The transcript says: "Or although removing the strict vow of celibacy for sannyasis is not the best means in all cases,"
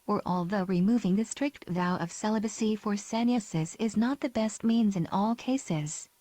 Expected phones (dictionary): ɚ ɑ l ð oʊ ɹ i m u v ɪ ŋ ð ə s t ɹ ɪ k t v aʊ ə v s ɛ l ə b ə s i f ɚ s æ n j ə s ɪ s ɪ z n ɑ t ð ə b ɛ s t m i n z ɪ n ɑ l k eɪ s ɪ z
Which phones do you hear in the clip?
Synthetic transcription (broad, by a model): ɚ ɑ l ð oʊ ɹ i m u v ɪ ŋ ð ə s t ɹ ɪ k t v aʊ ə v s ɛ l ə b ə s i f ɚ s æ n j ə s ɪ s ɪ z n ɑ t ð ə b ɛ s t m i n z ɪ n ɑ l k eɪ s ɪ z